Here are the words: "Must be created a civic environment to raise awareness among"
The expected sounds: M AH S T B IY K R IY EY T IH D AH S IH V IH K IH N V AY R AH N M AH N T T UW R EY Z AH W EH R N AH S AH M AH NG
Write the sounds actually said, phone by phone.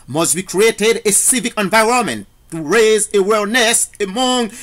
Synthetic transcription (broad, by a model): M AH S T B IY K R IY EY T IH D AH S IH V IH K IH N V AY R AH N M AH N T T UW R EY Z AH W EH L N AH S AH M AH NG